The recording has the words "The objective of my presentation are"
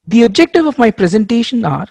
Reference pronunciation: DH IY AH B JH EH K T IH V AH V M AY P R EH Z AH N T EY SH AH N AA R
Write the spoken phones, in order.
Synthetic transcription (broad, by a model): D IY AH B JH EH K T IH V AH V M AY P R EH Z AH N T EY SH AH N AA R